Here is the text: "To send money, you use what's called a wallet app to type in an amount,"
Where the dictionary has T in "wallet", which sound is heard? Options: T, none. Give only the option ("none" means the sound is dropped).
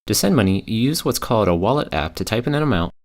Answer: T